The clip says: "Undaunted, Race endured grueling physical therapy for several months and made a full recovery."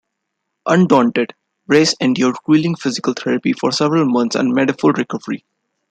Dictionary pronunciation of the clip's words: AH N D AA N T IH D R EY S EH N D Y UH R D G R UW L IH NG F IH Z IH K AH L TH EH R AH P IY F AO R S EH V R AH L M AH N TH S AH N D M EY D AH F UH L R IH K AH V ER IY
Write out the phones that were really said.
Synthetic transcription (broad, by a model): AH N D AA N T IH D R EY S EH N D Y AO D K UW L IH NG F IH Z IH K AH L T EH R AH P IY F AO R S EH V R AH L M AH N T S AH N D M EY D AH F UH L R IH K AH V ER IY